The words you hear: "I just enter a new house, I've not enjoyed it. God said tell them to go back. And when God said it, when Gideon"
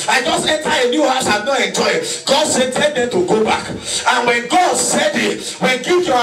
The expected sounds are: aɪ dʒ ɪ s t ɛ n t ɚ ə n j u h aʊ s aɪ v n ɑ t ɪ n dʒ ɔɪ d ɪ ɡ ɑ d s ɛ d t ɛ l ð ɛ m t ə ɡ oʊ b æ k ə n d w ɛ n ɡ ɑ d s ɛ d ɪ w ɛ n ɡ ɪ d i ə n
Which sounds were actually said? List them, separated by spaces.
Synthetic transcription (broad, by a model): aɪ dʒ ɪ s t ɛ n t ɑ ə n j u h aʊ s aɪ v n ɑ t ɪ n dʒ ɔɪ ɪ ɡ ɑ d s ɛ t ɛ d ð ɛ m t ə ɡ oʊ b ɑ k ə n w ɛ n ɡ ɑ d s ɛ d ɪ w ɛ n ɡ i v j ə